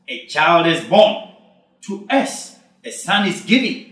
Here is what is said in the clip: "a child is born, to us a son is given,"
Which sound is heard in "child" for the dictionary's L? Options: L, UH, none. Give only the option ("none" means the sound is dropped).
L